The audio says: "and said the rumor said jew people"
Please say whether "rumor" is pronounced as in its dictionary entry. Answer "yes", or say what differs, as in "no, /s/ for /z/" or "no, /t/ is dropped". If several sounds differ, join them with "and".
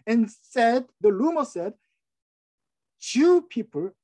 no, /l/ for /ɹ/